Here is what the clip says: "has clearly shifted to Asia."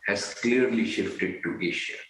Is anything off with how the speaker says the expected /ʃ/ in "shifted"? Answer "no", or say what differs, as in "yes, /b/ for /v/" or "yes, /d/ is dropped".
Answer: no